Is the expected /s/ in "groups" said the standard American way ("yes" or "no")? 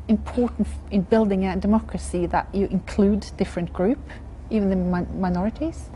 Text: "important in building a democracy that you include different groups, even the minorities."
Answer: no